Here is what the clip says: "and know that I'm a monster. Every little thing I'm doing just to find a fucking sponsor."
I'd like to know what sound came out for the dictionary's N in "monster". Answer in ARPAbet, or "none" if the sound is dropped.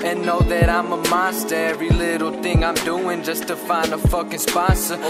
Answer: none